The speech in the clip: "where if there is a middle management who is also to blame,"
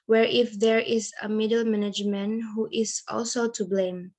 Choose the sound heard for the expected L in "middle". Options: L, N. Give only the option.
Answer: L